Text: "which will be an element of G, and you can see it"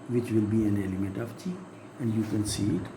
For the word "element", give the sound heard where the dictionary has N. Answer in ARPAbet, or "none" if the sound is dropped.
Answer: N